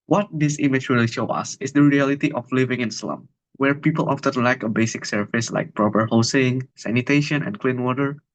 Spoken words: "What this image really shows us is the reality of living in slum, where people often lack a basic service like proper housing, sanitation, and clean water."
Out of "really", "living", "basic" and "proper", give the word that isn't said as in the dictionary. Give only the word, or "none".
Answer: none